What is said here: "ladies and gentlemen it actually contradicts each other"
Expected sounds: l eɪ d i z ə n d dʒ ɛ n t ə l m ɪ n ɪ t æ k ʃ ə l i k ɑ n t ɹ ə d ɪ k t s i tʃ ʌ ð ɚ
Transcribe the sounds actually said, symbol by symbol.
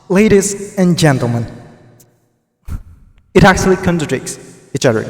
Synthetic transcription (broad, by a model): l eɪ d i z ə n dʒ ɛ n t l m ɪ n ɪ t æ k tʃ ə l i k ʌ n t ə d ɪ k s i tʃ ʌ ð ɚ